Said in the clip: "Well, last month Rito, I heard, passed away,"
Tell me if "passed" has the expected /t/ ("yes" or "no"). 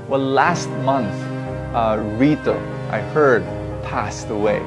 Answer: yes